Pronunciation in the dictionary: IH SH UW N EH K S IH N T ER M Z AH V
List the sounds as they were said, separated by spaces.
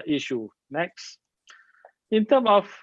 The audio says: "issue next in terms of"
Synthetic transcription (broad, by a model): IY SH UW N EH K S IH N T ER M AH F